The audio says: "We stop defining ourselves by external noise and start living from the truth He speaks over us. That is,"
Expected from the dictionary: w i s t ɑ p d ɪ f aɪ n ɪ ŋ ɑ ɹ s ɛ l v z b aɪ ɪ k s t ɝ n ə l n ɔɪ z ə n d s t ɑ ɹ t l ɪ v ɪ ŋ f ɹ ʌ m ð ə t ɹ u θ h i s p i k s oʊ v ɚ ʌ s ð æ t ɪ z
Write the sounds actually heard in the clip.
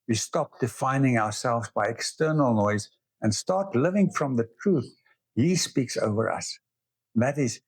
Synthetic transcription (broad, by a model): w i s t ɑ p d ɪ f aɪ n ɪ ŋ ɑ ɹ s ɛ l v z b aɪ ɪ k s t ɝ n ə l n ɔɪ z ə n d s t ɑ ɹ t l ɪ v ɪ ŋ f ɹ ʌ m ð ə t ɹ u θ h i s p i k s oʊ v ɚ ʌ s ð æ t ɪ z